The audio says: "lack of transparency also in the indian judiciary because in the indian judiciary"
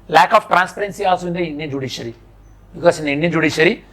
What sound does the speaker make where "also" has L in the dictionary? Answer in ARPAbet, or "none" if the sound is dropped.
none